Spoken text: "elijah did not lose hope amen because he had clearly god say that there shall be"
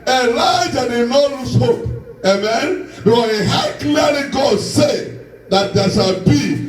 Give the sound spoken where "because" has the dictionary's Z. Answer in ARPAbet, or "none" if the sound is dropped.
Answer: none